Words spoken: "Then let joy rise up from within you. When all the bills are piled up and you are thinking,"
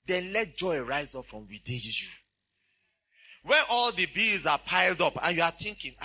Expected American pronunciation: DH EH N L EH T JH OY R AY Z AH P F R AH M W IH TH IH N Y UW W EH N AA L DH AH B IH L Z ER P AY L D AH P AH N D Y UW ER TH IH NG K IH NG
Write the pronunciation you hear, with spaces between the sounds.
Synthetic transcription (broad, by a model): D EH N L EH T JH OY R AY Z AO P F R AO M W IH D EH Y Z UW W EH N AA L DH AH B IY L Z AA P AY L D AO P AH N Y UW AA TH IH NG K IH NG